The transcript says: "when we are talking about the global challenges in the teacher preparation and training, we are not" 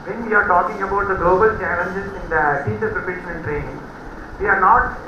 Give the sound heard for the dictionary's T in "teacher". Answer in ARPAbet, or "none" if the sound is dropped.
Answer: S